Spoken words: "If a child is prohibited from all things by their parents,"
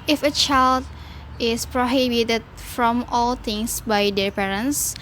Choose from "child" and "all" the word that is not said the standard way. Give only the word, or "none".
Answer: none